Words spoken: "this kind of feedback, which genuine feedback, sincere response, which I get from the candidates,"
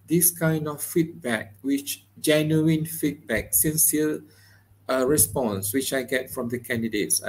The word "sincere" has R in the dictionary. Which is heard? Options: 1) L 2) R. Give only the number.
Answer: 1